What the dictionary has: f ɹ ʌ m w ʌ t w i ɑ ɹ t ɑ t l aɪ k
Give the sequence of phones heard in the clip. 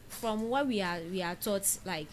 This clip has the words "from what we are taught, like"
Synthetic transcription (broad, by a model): f ɹ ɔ m w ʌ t w i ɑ w t ɑ t l aɪ k